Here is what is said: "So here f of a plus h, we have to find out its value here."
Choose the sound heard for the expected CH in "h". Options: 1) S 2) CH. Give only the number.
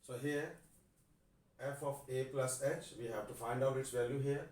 2